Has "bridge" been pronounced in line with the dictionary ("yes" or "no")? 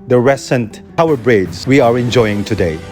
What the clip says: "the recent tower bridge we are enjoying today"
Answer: no